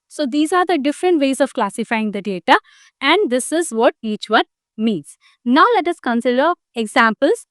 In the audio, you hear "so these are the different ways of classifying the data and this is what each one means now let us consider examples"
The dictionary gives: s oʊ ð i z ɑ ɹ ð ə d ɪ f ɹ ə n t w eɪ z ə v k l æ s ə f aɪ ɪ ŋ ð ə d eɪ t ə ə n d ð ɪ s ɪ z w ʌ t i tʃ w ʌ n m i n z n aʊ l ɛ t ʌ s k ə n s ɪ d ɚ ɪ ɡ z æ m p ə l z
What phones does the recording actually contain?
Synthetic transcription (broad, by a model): s oʊ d i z ɑ ɹ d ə d ɪ f ɹ ə n t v eɪ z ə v k l æ s ə f aɪ ɪ ŋ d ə d eɪ t ə ə n d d ɪ s ɪ z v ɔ t i tʃ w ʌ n m i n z n aʊ l ɛ t ʌ s k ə n s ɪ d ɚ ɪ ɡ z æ m p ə l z